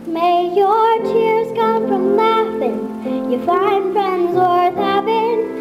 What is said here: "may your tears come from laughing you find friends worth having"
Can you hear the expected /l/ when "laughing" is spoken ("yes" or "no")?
no